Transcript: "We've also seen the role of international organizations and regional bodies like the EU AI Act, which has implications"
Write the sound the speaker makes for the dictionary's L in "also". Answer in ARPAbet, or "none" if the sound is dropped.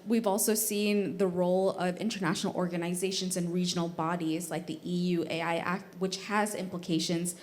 L